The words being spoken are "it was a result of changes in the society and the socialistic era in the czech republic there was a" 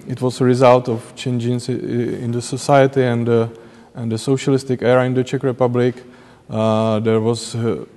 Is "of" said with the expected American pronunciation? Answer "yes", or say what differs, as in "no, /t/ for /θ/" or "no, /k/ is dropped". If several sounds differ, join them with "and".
no, /f/ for /v/